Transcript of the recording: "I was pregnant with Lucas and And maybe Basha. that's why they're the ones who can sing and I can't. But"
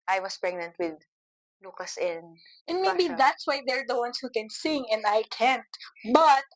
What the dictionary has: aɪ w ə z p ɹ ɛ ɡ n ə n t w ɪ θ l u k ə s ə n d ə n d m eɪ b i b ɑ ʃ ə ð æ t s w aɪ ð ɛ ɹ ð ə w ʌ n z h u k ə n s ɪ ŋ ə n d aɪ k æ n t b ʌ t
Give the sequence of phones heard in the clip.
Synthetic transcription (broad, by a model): aɪ w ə s p ɹ ɛ ɡ n ə n t w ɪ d l u k ə s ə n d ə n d m eɪ b i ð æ t s w aɪ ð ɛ ɹ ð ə w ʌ n s h u k ə n s ɪ ŋ ə n d aɪ k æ n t b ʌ t